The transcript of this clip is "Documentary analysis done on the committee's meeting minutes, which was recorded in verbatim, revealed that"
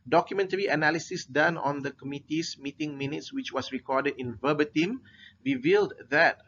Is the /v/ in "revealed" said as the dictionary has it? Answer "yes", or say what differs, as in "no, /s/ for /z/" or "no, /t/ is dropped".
yes